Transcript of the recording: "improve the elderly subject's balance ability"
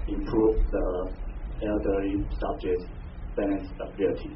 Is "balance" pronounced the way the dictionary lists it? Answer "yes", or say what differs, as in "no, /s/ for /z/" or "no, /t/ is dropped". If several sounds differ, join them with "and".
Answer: no, /n/ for /l/